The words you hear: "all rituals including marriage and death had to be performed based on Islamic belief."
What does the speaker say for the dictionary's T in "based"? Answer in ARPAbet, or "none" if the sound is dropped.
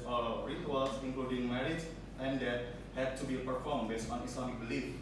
none